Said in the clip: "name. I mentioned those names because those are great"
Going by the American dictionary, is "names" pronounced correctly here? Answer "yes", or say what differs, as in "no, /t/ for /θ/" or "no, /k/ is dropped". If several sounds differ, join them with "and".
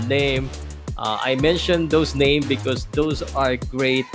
no, /z/ is dropped